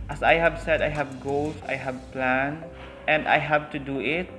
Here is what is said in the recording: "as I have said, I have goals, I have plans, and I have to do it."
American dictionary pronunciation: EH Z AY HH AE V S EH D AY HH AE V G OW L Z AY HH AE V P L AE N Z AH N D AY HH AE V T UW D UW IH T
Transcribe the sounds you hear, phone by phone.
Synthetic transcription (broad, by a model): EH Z AY HH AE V S EH D AY HH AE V G OW L S AY HH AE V P L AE N AH N D AY HH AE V T UW D UW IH T